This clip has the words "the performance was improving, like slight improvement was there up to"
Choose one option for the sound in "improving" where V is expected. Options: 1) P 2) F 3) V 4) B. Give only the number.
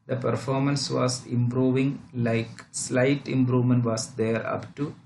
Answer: 3